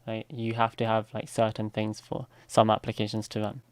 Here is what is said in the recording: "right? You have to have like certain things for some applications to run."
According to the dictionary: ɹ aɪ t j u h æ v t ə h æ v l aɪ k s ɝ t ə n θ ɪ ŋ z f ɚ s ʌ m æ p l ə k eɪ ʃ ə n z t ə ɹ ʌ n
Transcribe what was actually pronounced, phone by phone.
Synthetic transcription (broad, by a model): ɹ aɪ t j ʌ h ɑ f t ə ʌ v l aɪ k s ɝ t n θ ɪ ŋ z f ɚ s ʌ m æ p l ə k eɪ ʃ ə n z t ə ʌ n